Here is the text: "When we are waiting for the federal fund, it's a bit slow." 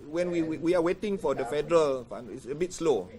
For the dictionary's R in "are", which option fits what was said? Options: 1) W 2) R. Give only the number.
1